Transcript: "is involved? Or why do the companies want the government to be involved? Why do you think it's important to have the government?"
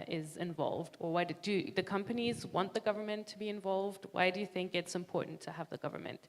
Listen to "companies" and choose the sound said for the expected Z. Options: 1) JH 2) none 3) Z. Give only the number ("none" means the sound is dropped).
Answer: 3